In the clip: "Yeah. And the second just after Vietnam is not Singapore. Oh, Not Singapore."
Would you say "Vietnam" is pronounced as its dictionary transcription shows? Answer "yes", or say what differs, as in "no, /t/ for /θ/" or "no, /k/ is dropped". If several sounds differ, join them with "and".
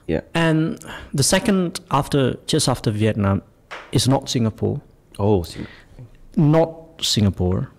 yes